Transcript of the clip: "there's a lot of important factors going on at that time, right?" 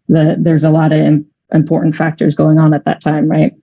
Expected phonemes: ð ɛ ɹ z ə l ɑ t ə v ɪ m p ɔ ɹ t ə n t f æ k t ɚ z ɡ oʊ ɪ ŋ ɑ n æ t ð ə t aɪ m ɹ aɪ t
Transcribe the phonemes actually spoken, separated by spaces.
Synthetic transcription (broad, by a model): ð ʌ ɹ z ə l ɑ t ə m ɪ m p ɔ ɹ t n t f æ k t ɚ z ɡ oʊ ɪ ŋ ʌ n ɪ t ð ə t aɪ m ɹ aɪ t